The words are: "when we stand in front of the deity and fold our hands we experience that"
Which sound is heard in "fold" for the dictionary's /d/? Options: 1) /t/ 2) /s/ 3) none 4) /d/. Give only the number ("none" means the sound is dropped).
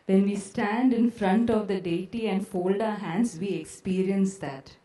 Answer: 4